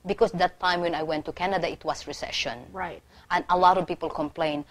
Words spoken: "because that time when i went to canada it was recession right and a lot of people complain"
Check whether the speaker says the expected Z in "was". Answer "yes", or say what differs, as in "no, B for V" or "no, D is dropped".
no, S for Z